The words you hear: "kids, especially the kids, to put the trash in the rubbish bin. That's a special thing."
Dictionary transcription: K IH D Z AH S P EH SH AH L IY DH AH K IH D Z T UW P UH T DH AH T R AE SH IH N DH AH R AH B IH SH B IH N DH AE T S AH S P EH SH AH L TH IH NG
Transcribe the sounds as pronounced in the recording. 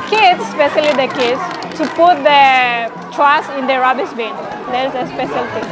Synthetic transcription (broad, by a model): K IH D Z S P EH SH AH L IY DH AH K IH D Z T UW P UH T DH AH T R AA S IH N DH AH R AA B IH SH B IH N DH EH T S AH S P EH SH AH L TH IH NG